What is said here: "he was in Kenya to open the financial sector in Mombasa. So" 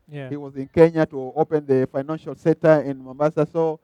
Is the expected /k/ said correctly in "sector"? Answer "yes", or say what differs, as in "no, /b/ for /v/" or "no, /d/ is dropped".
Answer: no, /k/ is dropped